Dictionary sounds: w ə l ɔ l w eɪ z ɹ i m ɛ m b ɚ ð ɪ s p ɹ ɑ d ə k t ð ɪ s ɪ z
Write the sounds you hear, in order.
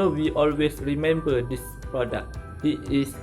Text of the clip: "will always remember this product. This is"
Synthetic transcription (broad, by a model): w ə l ɔ l w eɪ s ɹ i m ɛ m b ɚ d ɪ s p ɹ ɑ d ə k t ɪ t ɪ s